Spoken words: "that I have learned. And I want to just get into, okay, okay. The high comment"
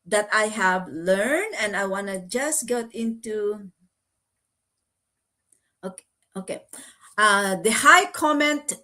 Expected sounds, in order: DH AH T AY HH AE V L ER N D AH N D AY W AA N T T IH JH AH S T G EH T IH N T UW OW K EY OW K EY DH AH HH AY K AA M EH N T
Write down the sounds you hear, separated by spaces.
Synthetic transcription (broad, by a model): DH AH T AY HH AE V L ER N D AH N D AY W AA N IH JH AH S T G EH T IH N T UW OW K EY OW K EY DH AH HH AY K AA M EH N T